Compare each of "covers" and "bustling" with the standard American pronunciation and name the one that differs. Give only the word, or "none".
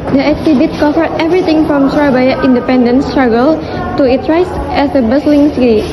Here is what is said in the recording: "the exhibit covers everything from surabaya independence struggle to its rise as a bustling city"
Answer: covers